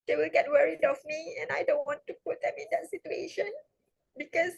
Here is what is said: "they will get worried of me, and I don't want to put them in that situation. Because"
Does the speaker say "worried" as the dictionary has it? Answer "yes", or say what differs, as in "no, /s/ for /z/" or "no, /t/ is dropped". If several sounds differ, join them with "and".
yes